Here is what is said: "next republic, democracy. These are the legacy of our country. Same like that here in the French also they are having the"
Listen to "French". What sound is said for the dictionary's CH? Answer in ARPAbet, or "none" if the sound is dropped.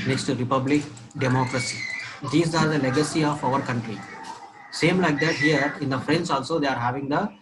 S